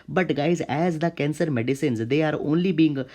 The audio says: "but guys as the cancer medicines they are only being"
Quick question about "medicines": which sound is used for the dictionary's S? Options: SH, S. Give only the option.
S